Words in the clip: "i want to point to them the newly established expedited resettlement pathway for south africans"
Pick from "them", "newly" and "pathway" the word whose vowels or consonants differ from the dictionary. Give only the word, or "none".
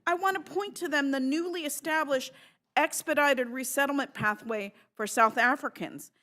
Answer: none